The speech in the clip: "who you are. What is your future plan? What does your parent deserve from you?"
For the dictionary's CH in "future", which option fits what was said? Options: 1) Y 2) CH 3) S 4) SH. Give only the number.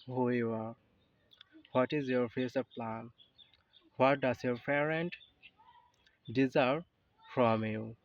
3